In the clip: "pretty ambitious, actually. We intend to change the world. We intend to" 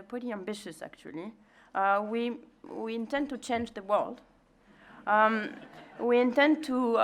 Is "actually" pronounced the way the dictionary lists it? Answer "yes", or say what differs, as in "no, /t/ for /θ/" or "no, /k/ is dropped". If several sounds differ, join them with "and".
no, /w/ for /l/